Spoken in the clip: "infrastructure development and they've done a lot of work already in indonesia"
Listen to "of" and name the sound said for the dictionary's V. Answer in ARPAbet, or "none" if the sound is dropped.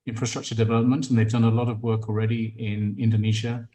V